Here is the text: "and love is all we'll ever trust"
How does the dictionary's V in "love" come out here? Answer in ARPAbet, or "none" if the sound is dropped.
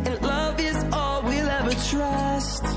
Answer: V